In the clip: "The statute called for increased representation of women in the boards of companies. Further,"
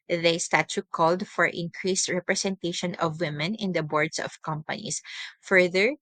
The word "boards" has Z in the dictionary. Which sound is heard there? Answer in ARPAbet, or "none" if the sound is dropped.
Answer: S